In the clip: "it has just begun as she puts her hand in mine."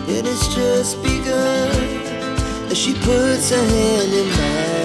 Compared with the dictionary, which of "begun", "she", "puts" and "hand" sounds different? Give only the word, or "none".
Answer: begun